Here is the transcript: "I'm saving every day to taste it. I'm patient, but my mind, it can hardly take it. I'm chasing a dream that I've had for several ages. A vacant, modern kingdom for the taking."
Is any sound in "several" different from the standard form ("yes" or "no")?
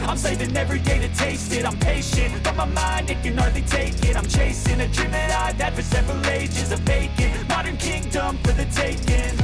no